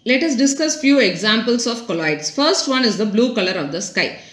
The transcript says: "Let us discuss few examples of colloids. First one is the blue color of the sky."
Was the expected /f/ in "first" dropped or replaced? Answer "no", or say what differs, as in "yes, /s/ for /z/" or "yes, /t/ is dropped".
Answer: no